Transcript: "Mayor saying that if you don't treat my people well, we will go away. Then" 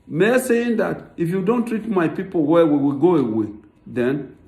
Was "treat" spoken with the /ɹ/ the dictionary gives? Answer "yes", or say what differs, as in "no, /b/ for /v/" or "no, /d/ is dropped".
yes